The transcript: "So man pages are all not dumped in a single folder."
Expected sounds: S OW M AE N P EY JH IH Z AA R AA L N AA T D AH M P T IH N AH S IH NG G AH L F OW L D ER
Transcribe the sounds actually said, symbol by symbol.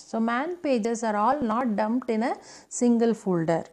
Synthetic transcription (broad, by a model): S OW M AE N P EY JH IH S AA R AA L N AA T D AH M P T IH N AH S IH NG G AH L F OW L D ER